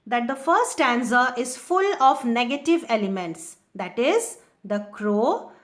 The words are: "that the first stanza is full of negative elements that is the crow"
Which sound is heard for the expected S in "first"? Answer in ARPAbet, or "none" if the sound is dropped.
none